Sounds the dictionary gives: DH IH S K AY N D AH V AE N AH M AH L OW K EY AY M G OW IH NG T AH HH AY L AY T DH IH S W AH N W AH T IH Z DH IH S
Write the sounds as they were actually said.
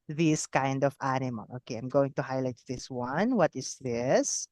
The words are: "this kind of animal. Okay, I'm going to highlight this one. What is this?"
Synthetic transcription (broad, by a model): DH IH S K AY N D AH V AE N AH M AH L OW K EY AY M G OW IH NG T AH HH AY L AY T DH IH S W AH N W AH T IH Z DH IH S